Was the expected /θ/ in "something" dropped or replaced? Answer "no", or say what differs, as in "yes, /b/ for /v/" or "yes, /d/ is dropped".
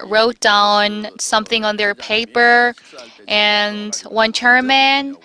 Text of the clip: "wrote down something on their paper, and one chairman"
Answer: no